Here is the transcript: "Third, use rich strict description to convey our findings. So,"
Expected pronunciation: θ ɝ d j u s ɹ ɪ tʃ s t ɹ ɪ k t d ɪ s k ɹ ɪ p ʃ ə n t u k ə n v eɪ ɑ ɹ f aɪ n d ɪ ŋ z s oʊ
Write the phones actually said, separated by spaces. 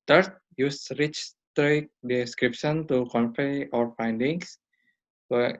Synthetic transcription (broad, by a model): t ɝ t j u s ɹ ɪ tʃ s t ɹ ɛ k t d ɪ s k ɹ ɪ p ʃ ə n t u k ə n f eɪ ɑ ɹ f aɪ n d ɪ ŋ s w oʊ